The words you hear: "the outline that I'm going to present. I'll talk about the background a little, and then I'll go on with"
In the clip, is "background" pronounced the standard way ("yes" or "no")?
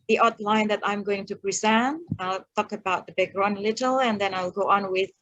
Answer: no